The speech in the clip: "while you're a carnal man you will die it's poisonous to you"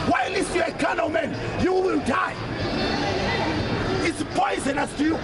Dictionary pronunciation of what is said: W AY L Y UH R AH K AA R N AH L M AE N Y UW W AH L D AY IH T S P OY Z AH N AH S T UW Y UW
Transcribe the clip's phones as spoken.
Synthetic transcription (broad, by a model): W AY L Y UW AH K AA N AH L M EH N Y UW W AH L D AY IH T S P OY Z AH N AH S T UW Y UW